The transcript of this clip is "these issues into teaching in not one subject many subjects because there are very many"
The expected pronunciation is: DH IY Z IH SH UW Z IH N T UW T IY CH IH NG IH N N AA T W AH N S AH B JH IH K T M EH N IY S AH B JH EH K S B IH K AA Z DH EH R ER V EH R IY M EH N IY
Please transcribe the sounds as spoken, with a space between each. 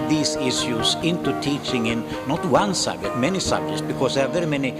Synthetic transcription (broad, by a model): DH IY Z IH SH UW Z IH N T UW T IY CH IH NG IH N N AA T W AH N S AH B JH IH K T M EH N IY S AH B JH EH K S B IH K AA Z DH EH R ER V EH R IY M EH N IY